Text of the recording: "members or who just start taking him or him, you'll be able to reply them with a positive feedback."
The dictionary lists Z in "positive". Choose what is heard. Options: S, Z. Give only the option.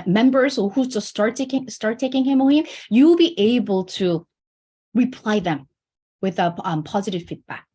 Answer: Z